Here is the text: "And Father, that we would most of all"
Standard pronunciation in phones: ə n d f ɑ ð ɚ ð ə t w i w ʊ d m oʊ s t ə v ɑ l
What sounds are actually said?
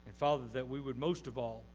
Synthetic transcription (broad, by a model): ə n f ɑ ð ɚ ð ə t w i w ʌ d m oʊ s t ə v ɑ l